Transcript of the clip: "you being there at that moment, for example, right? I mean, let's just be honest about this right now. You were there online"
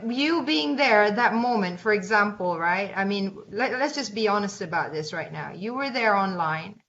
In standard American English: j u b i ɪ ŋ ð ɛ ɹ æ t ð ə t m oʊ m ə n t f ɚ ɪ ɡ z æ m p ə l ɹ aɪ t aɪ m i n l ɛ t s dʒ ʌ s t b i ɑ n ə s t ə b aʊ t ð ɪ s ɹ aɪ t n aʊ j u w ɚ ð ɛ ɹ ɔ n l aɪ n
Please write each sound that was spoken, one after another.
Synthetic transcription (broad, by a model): j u b i ɪ ŋ ð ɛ ɹ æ t ð ə t m oʊ m ə n t f ɚ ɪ ɡ z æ m p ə l ɹ aɪ t aɪ m i n l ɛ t s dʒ ʌ s b i ɑ n ə s t ə b aʊ t ð ɪ s ɹ aɪ t n aʊ j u w ɚ ð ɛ ɹ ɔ n l aɪ n